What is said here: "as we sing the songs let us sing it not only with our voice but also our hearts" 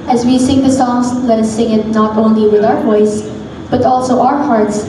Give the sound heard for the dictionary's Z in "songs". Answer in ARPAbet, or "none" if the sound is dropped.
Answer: S